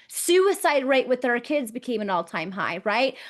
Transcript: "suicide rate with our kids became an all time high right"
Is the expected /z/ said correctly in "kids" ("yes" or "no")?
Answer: yes